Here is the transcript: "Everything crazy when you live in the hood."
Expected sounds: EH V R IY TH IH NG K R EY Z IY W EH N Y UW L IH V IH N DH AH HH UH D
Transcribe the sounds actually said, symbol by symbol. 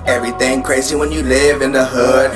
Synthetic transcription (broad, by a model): EH V R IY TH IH NG K R EY Z IY W EH N Y UW L IH V IH N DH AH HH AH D